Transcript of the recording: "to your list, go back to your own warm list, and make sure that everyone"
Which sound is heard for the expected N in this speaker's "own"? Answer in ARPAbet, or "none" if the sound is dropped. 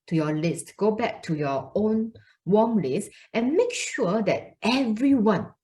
N